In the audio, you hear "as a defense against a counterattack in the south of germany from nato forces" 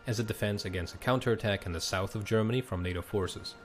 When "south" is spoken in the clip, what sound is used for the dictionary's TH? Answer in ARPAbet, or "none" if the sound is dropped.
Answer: TH